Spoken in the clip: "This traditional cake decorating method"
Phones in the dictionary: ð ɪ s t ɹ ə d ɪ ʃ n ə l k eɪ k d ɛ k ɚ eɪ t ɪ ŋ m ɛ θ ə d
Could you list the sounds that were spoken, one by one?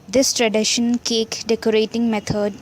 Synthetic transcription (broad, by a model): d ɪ s t ɹ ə d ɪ ʃ ə n k eɪ k d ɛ k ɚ eɪ t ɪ ŋ m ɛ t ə d